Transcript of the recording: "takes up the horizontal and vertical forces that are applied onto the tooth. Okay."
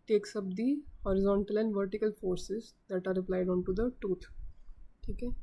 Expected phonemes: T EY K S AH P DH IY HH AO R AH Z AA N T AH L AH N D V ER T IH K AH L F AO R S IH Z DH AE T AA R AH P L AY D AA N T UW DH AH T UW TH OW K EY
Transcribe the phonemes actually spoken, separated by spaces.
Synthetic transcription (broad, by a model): T EY K S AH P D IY HH AO R AH Z AA N T AH L AH N D V ER T IH K AH L F AO R S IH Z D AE T AA R AH P L AY D AA N T UW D AH T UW T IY K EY